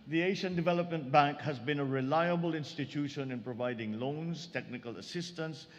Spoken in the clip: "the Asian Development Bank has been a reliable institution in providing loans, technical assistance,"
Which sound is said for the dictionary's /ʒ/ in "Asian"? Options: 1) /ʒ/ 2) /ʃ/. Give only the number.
2